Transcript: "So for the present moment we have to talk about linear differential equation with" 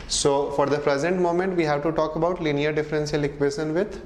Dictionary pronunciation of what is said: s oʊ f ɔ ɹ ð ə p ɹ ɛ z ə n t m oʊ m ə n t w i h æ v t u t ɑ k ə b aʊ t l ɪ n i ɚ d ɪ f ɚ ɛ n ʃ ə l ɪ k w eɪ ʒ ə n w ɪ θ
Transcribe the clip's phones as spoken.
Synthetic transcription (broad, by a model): s oʊ f ɔ ɹ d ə p ɹ ɛ z ə n t m oʊ m ə n t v i h æ v t u t ɑ k ə b aʊ t l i n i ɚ d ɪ f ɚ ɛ n s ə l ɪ k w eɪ ʃ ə n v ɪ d